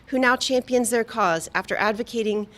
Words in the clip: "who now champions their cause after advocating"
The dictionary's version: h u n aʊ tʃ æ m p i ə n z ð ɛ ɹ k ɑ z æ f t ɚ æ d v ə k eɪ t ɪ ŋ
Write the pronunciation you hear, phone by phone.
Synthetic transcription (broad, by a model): h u n aʊ tʃ æ m p i ə n z ð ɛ ɹ k ɑ z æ f t ɚ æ d v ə k eɪ t ɪ ŋ